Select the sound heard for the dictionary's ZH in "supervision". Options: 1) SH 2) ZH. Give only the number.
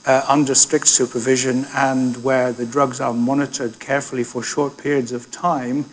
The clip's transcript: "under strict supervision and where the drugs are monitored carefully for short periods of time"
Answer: 2